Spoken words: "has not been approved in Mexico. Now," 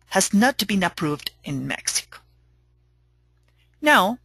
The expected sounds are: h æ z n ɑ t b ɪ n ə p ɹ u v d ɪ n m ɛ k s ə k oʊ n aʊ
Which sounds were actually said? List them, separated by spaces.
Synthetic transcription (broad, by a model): h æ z n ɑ t b ɪ n ə p ɹ u v d ɪ n m ɛ k s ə k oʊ n aʊ